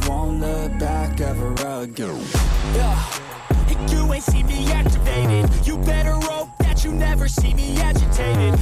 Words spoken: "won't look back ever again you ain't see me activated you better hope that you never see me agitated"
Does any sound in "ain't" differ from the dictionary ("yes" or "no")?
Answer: yes